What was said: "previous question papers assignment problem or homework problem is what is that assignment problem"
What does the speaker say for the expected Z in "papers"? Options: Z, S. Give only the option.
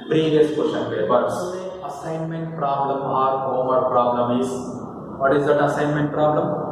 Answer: S